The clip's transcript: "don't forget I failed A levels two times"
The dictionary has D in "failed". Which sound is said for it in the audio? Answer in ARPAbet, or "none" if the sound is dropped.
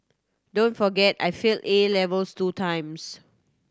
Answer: none